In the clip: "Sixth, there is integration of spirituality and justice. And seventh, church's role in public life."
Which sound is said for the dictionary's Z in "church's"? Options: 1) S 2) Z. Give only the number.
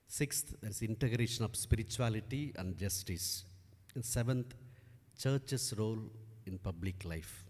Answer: 1